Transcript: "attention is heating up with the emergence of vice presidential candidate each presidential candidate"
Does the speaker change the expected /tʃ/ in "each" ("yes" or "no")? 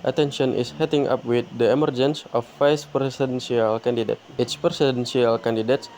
yes